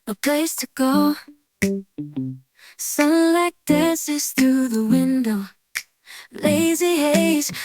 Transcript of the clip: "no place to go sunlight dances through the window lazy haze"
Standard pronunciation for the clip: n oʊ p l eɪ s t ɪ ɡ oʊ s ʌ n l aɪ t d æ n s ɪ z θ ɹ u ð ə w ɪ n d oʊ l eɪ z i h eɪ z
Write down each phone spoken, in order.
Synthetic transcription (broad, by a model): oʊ p l eɪ s t ɪ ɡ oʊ s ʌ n l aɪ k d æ s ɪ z θ ɹ u ð ə w ɪ n d oʊ l eɪ z i h eɪ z